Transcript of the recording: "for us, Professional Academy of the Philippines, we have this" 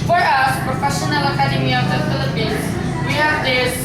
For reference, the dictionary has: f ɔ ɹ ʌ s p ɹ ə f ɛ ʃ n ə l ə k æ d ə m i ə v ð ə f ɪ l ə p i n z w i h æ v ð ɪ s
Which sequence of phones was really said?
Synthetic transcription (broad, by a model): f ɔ ɹ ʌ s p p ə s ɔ n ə l ə k æ d ə m i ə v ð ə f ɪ l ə p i n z w i h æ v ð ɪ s